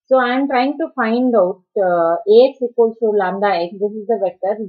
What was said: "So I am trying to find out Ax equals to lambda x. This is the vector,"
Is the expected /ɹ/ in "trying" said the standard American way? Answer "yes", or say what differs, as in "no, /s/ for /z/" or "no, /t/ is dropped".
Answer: yes